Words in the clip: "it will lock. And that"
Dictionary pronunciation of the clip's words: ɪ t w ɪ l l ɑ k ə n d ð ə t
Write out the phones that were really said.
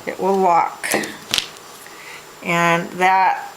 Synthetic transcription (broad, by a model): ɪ t w ɪ l w ɑ k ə n ð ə t